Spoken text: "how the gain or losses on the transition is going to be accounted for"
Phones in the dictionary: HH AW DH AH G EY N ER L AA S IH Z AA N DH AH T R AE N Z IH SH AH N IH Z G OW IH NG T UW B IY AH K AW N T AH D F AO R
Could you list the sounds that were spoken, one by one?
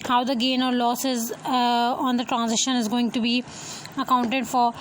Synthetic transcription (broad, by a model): HH AW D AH G EY N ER L AA S IH Z AA N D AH T R AE N Z IH SH AH N IH Z G OW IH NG T UW B IY AH K AW N T AH D F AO R